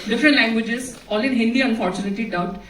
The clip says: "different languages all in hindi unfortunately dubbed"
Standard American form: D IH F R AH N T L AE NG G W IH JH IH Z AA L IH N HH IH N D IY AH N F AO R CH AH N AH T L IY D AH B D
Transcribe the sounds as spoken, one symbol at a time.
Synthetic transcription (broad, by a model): D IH F R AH N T L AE NG G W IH JH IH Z AA L IH N HH IH N D IY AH N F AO R CH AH N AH T IY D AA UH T